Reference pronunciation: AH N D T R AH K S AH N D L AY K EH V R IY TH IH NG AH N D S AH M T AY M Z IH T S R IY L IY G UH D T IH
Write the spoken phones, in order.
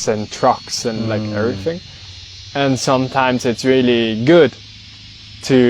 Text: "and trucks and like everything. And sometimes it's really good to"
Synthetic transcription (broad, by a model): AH N T R AH K S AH N L AY K EH V R IY TH IH NG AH N S AH M T AY M Z IH T S R IY L IY G UH D T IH